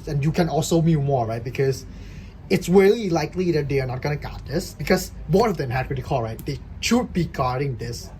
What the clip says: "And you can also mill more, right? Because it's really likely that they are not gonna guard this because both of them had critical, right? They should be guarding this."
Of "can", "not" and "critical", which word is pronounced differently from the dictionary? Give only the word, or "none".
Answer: critical